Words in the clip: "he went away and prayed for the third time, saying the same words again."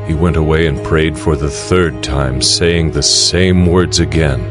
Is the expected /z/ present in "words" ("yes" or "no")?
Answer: yes